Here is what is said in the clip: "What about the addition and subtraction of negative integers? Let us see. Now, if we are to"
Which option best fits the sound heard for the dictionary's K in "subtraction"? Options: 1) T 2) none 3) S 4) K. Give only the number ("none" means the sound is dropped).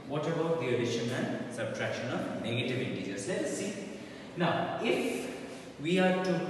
4